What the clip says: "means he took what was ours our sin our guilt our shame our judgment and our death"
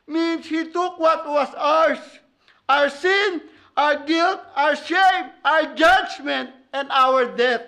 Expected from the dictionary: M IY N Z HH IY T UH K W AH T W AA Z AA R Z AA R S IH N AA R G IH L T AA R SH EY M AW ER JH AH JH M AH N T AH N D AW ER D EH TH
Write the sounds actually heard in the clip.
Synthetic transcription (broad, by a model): M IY N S HH IY T UH K W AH T W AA S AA R S AA R S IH N AA R G IH L T AA R SH EY M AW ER JH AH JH M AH N T AH N D AW ER D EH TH